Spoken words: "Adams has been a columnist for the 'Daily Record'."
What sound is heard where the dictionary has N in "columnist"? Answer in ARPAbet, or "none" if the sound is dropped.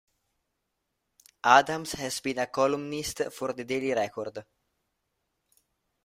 N